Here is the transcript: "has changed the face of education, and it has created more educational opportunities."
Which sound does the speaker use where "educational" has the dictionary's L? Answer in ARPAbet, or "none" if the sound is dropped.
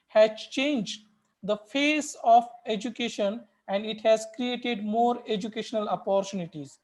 L